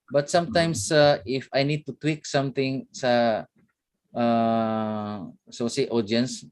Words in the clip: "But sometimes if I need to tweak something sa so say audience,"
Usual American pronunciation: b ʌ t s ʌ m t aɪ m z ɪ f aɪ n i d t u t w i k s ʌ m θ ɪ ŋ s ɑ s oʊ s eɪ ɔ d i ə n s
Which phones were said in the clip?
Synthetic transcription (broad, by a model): b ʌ t s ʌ m t aɪ m s ɪ f aɪ n i d t u t w i k s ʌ m t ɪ ŋ s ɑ s oʊ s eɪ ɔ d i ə n s